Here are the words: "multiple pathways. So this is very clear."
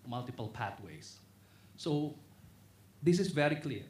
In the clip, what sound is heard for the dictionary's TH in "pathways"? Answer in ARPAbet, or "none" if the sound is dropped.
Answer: T